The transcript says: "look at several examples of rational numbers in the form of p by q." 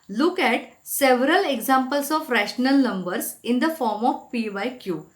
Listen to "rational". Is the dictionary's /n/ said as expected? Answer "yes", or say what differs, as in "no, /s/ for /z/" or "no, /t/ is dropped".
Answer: yes